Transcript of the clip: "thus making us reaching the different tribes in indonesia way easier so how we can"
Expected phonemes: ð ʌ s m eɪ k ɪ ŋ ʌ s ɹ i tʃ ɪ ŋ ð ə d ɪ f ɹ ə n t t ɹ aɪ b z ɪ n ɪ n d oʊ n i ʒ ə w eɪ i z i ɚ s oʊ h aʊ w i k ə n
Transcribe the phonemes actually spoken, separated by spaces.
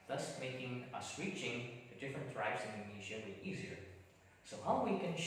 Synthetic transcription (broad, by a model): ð ʌ s m eɪ k ɪ ŋ ʌ s w i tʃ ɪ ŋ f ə d ɪ f ɹ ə n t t ɹ aɪ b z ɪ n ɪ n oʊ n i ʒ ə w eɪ i z i ɚ s oʊ h aʊ w i k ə n